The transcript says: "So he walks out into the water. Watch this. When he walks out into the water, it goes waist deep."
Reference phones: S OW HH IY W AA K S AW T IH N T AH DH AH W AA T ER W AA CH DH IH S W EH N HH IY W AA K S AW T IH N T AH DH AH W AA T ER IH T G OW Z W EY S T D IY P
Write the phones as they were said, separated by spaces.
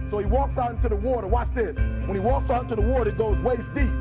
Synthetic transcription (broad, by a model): S OW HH IY W AA K S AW IH N T AH DH AH W AA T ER W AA S DH IH S W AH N IY W AA K S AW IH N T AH DH AH W AA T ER IH T G OW Z W EY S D IY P